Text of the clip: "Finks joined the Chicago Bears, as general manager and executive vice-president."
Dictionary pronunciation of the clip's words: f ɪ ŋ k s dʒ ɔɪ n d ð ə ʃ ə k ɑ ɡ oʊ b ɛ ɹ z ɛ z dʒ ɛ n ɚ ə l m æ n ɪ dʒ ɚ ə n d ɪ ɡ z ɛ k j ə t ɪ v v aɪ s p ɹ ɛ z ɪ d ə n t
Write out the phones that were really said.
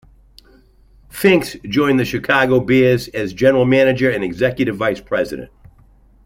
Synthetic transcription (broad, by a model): f ɪ ŋ k s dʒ ɔɪ n ð ə ʃ ə k ɑ ɡ oʊ b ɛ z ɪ z dʒ ɛ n ɚ l m æ n ɪ dʒ ɚ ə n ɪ ɡ z ɛ k j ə t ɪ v v aɪ s p ɹ ɛ z ɪ d ə n t